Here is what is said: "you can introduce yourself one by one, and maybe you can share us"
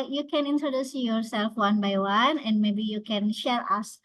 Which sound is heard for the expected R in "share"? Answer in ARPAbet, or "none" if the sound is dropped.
L